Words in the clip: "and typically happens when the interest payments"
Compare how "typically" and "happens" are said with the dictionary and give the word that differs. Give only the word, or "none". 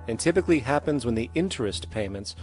none